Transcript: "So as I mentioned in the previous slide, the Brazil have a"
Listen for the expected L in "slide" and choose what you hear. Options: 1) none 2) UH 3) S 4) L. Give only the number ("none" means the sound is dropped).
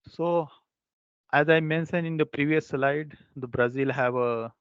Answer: 4